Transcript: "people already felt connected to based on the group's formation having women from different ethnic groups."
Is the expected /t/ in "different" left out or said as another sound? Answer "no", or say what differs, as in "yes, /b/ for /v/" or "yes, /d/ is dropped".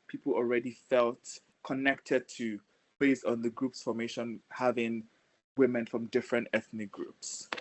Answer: no